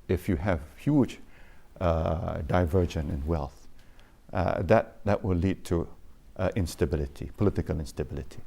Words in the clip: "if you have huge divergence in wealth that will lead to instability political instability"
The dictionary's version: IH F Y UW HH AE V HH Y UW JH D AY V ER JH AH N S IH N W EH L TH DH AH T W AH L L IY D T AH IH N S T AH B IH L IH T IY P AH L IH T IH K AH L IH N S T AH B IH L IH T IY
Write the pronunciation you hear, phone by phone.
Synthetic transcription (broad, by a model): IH F Y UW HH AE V HH Y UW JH D AY V ER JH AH N IH N W EH L TH DH AH T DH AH W L IY D T AH IH N S T AH B IH L IH T IY P AH L IH T IH K AH L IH N S T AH B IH L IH T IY